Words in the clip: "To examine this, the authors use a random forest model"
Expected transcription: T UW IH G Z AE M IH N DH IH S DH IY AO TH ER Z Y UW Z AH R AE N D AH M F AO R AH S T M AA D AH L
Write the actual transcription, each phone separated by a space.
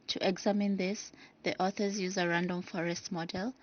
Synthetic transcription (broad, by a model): T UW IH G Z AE M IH N DH IH S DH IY AO TH ER Z Y UW Z AH R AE N D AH M F AO R AH S T M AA D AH L